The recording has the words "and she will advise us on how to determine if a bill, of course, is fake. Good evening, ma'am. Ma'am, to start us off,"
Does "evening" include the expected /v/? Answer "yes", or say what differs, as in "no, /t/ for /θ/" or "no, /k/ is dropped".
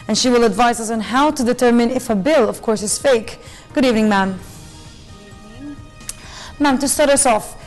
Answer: yes